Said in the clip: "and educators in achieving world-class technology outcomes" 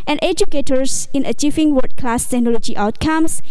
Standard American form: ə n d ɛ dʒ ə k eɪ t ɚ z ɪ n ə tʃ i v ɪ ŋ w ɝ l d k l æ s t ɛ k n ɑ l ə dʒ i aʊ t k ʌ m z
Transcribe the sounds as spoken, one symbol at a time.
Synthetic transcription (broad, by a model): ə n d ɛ dʒ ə k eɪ t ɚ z ɪ n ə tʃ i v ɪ ŋ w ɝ d k l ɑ s t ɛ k n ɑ l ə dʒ i aʊ t k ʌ m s